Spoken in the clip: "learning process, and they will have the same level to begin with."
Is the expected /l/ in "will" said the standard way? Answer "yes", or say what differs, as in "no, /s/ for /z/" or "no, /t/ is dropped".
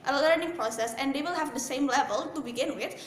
yes